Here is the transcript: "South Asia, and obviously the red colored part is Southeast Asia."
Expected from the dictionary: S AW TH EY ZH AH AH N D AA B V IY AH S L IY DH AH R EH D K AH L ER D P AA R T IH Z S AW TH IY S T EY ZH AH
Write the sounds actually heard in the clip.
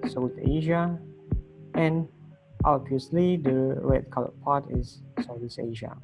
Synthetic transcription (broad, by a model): S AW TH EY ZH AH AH N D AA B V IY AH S L IY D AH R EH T K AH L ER P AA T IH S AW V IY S EY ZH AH